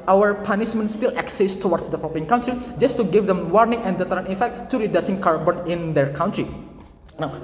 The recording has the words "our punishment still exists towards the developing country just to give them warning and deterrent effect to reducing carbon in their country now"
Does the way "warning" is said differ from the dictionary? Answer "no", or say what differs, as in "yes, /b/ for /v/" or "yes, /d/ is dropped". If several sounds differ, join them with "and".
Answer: no